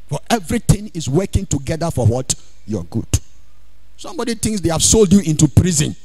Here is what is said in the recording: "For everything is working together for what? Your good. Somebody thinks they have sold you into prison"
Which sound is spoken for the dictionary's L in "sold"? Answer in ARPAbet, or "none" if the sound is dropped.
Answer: L